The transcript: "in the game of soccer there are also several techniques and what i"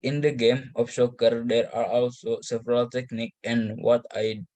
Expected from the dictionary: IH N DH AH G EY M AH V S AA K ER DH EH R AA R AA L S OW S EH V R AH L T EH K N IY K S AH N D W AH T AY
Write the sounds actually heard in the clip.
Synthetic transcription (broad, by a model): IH N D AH G EY M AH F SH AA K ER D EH R AA R AA L S OW S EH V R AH L T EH K N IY K AH N D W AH T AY